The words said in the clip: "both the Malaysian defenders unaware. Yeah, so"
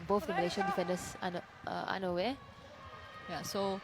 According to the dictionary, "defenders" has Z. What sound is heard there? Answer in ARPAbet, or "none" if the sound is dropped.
S